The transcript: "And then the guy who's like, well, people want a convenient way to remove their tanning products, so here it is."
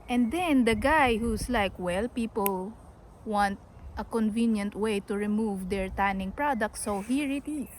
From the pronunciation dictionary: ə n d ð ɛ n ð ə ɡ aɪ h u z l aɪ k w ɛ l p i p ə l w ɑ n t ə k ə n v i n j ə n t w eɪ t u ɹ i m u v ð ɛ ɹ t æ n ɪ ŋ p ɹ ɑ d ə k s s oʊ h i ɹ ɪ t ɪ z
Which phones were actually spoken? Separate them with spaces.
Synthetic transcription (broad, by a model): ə n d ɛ n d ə ɡ aɪ h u s l aɪ k w ɛ l p i p ə l w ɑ n t ə k ə n v i n j ə n t w eɪ t u ɹ i m u v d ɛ ɹ t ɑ n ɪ ŋ p ɹ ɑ d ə k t s oʊ h i ɹ ɪ t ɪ